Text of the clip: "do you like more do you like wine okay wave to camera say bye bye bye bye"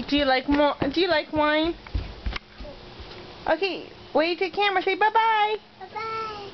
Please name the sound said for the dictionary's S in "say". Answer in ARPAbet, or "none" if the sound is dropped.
SH